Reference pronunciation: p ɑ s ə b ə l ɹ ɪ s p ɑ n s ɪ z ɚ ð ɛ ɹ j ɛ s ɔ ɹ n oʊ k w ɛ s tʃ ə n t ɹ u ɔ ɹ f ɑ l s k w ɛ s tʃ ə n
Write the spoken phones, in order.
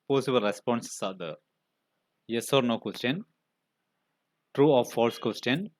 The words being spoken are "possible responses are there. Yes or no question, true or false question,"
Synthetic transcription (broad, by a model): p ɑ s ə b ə l ɹ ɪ s p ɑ n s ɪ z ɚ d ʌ j ɛ s ɔ ɹ n oʊ k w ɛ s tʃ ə n t ɹ u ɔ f f ɑ l s k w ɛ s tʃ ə n